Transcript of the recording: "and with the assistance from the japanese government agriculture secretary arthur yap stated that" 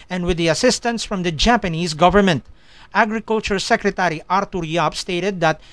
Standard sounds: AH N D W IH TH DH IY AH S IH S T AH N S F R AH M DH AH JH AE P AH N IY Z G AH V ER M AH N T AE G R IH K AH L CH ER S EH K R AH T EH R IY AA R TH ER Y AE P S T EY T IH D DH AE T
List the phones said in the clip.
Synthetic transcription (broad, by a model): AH N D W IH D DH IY AH S IH S T AH N S F R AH M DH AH JH AE P AH N IY Z G AH V ER M AH N T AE G R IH K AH L CH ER S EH K R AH T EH R IY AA R T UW Y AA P S T EY T IH D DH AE T